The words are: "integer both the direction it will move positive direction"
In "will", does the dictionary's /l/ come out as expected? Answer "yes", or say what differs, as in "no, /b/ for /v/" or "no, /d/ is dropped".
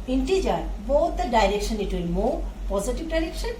no, /n/ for /l/